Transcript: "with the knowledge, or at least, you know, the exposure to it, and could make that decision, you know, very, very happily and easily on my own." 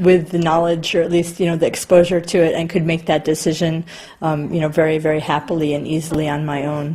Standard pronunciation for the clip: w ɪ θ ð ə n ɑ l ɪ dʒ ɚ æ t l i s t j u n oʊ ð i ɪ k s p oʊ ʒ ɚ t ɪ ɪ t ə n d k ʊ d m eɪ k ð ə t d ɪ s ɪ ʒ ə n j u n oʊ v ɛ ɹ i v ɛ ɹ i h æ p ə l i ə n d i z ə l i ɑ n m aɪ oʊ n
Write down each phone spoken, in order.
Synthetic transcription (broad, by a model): w ɪ ð ə n ɑ l ɪ dʒ ɚ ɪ t l i s t j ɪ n oʊ ð i ɪ k s p oʊ ʒ ɚ t ɪ ɪ t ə n k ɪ d m eɪ k ð ə t d ɪ s ɪ ʒ ə n j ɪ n oʊ v ɛ ɹ i v ɛ ɹ i h æ p l i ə n i z l i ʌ n m aɪ oʊ n